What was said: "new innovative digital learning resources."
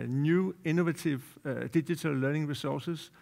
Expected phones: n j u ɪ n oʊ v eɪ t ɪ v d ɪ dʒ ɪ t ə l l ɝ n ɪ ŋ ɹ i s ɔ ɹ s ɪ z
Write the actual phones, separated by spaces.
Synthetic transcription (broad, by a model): n j u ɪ n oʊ v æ s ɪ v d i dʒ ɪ s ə l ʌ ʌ n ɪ ŋ ɹ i s ɔ s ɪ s